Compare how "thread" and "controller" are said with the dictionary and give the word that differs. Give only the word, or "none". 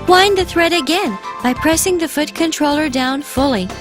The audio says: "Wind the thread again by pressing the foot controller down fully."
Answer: none